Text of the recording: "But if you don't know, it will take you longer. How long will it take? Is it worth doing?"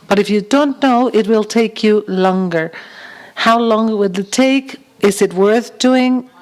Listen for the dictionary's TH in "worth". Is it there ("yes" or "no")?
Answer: yes